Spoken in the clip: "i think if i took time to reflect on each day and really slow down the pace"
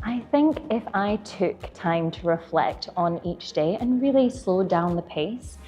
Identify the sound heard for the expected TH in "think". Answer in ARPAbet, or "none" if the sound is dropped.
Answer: TH